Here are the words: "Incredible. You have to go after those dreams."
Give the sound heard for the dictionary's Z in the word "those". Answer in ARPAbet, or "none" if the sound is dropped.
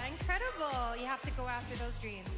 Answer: Z